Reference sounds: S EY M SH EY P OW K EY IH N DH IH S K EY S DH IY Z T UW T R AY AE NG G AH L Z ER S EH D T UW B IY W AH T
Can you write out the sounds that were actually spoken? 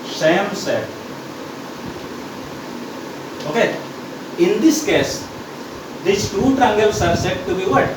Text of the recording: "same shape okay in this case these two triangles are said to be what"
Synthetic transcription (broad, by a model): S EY M S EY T OW K EY IH N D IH S K EY S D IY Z T UW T R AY NG G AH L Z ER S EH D T UW B IY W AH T